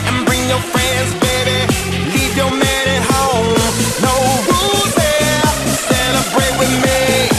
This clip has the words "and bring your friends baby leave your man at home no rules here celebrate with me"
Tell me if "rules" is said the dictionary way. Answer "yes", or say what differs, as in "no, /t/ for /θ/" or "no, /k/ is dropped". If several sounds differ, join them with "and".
no, /w/ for /ɹ/